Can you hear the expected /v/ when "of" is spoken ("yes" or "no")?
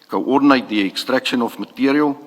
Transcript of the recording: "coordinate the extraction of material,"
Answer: no